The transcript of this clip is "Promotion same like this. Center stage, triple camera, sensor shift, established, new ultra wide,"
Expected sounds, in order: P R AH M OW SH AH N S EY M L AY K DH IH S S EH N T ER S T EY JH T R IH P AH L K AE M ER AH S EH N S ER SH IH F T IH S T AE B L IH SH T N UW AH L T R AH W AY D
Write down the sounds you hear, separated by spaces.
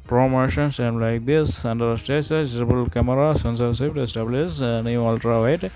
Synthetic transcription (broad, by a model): P R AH M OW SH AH N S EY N L AY K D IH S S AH N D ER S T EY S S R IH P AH L K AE M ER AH S EH N S ER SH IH P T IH S T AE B L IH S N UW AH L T R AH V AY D